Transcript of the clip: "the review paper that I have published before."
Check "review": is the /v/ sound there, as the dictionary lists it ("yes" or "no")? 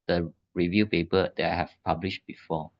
yes